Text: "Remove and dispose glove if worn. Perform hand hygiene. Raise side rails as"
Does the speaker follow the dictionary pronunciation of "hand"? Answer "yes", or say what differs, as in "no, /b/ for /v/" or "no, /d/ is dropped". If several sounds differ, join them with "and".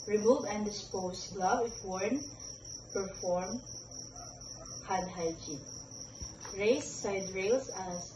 no, /n/ is dropped